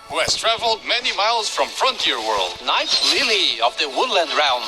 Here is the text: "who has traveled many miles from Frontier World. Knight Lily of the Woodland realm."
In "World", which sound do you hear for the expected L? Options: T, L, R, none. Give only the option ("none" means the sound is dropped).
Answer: L